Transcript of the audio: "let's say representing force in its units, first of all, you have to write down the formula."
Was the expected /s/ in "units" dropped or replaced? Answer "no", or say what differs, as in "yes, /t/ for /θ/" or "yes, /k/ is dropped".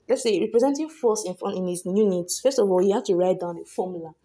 no